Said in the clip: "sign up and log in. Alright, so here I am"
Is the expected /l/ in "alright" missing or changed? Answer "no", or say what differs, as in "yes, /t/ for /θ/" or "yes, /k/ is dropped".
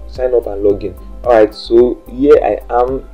yes, /l/ is dropped